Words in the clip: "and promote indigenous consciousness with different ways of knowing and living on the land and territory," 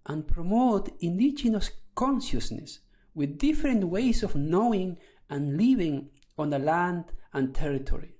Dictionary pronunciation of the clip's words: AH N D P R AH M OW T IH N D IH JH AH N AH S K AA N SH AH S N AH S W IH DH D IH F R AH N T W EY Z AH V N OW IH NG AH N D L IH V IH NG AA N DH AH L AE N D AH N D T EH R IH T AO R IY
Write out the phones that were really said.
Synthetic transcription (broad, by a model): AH N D P R AH M OW T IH N D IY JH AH N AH S K AA N SH AH S N AH S W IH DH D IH F R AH N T W EY S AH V N OW IH NG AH N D L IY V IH NG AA N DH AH L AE N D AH N T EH R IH T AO R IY